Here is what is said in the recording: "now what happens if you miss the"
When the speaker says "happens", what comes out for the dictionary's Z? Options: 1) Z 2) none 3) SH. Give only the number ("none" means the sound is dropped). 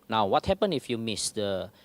2